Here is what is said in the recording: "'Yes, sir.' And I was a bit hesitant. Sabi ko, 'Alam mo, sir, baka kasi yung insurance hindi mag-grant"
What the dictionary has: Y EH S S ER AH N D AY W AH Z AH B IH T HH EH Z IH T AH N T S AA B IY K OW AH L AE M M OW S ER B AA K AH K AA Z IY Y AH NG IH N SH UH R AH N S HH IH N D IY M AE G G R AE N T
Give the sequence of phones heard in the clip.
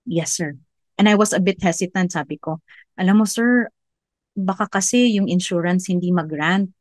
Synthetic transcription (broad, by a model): Y EH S S ER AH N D AY W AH S AH B IH T HH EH S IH T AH N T S AA B IY K OW AH L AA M M OW S ER B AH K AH K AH S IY Y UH NG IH N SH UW R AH N S HH IH N D IY M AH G G R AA N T